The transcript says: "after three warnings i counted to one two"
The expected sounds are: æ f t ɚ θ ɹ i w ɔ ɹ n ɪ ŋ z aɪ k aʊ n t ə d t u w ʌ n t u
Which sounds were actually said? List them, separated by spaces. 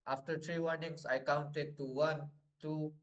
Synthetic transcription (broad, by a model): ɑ f t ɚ t ɹ i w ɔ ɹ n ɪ ŋ s aɪ k aʊ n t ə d t u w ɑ n t u